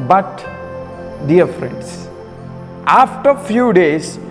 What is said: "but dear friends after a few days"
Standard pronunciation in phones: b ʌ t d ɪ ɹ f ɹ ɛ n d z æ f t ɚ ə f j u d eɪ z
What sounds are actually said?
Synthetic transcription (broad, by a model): b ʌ t d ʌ ɹ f ɹ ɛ n d s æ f t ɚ f j u d eɪ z